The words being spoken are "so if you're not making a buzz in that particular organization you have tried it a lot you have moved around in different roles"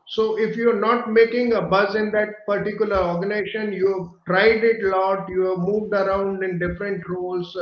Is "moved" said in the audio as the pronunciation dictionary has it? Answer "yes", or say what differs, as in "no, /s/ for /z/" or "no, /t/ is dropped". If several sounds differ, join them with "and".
yes